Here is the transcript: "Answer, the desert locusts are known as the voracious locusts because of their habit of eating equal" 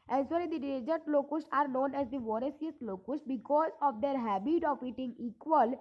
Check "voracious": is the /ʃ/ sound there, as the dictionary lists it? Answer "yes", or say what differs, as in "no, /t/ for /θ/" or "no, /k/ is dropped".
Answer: no, /s/ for /ʃ/